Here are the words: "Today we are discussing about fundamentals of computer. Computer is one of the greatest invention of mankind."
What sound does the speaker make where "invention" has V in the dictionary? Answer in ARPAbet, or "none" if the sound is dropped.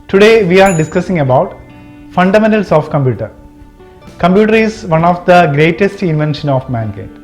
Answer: V